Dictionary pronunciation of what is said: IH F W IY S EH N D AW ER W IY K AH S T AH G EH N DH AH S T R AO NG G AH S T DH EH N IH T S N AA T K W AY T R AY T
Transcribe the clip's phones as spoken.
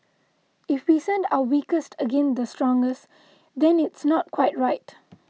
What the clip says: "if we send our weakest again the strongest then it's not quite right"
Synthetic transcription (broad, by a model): IH F W IY S EH N D AW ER W IY K AH S T AH G EH N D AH S T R AO NG G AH S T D EH N IH T S N AA T K W AY T R AY T